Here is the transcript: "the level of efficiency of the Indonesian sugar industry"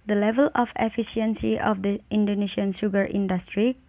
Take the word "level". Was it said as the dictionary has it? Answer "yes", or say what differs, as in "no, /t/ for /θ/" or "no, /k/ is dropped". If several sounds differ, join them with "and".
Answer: yes